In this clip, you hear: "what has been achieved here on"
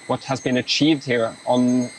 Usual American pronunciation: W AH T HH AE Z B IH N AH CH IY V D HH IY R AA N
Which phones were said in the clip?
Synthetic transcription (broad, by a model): W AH T HH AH Z B IH N AH CH IY V D HH IY R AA N